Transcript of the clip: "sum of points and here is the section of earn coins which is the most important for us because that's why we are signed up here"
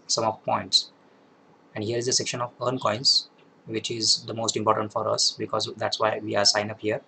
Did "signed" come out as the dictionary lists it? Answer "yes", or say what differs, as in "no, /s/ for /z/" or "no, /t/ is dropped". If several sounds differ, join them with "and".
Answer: no, /d/ is dropped